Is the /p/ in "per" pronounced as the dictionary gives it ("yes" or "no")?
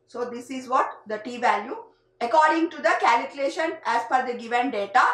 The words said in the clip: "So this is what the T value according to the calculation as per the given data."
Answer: no